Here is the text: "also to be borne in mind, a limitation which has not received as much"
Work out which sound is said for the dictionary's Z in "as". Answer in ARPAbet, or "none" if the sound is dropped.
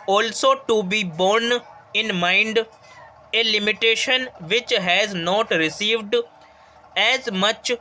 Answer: Z